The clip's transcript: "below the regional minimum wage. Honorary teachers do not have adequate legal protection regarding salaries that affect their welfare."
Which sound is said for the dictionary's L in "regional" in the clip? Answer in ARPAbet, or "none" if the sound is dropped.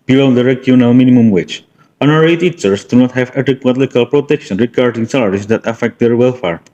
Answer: W